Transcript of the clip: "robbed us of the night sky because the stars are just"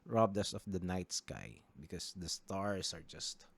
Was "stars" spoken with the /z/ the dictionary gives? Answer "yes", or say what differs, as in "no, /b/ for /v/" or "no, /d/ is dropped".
no, /s/ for /z/